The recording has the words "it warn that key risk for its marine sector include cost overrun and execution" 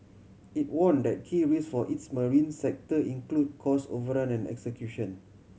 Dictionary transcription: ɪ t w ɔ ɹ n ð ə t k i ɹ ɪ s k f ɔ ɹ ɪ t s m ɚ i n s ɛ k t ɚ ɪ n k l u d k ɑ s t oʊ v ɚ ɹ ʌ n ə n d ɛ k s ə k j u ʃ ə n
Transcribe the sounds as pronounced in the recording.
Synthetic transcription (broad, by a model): ɪ t w ɔ n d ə t k i ɹ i s f ɔ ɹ ɪ t s m ɚ i n s ɛ k t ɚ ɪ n k l u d k ɑ s oʊ v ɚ ɹ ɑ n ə n ɛ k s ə k j u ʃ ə n